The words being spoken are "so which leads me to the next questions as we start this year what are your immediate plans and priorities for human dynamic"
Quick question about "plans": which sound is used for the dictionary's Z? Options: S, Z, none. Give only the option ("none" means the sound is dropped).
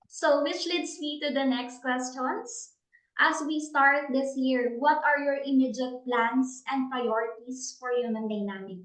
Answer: S